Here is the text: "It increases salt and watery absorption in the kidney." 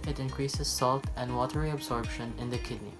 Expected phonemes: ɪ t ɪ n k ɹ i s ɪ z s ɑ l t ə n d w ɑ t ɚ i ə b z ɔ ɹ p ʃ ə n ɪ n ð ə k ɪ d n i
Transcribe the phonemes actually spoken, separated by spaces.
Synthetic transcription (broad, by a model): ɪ t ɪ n k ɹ i s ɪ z s ɑ l t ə n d w ɑ t ɚ i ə b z ɔ ɹ b ʃ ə n ɪ n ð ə k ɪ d n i